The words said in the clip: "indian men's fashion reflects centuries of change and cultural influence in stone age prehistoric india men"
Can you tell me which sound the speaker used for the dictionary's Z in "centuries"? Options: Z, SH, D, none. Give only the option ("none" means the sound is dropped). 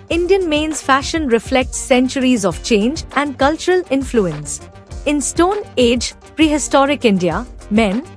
Z